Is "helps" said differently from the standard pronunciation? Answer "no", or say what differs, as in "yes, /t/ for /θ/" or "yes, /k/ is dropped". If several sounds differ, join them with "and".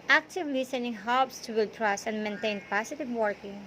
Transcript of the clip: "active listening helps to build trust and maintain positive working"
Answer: yes, /l/ is dropped